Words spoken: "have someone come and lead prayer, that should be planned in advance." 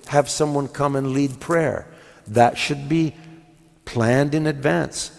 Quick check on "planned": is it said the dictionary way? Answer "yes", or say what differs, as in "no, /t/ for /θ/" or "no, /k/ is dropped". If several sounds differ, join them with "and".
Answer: yes